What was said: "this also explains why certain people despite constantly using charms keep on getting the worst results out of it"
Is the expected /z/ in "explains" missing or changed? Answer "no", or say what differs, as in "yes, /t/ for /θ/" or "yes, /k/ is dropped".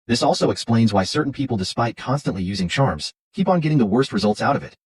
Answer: no